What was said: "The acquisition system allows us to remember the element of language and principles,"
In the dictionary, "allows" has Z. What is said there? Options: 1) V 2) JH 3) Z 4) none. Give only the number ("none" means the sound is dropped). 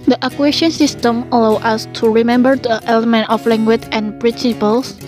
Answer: 4